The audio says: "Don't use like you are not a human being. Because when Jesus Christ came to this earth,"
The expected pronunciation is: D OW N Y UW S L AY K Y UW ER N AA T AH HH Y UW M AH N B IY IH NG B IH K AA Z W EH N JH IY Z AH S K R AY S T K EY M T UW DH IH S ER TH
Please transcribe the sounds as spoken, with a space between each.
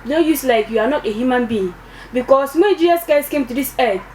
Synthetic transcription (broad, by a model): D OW Y UW S L AY K Y UW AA N AA T AH HH Y UW M AH N B IY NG B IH K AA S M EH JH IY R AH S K AY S K EY M T UW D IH S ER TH